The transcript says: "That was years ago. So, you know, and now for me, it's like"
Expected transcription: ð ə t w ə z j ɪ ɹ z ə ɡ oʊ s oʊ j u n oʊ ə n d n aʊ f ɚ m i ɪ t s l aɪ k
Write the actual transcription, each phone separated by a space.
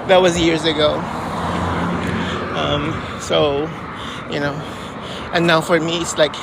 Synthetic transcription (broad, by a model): ð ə t w ə z j ɪ ɹ z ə ɡ oʊ s oʊ j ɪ n oʊ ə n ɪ n aʊ f ɚ m i ɪ t s l aɪ k